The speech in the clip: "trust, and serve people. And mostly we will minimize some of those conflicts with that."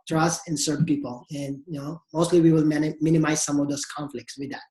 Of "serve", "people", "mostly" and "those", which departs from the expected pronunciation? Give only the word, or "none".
those